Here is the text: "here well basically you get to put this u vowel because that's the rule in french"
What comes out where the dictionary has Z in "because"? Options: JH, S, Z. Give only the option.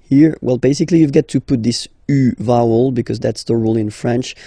Z